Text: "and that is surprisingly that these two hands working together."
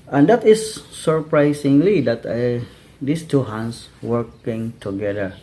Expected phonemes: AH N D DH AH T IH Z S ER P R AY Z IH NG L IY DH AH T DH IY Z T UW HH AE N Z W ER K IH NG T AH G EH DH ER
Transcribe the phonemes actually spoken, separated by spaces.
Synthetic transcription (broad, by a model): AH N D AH T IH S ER P R AY S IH NG L IY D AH T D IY S T UW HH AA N S W ER K IH NG T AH G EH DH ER